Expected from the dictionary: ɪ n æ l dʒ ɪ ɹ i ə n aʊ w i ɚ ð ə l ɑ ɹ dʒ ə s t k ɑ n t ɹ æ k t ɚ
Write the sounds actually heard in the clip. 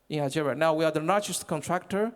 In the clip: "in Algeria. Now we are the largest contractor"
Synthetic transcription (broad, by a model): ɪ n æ dʒ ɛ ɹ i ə n aʊ w i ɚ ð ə n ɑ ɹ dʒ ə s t k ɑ n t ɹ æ k t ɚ